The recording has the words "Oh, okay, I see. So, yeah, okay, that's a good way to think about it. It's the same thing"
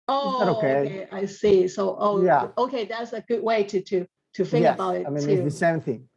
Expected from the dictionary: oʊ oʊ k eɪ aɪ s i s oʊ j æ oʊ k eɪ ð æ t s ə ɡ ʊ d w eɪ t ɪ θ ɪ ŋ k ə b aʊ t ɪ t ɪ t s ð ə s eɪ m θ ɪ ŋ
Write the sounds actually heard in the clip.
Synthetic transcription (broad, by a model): oʊ oʊ k eɪ aɪ s i s oʊ j æ oʊ k eɪ ð æ t s ə ɡ ʊ d w eɪ t ɪ t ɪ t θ ə b aʊ t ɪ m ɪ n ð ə s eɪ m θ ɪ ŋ